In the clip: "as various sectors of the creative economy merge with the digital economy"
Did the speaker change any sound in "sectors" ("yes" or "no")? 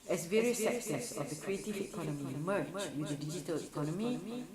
yes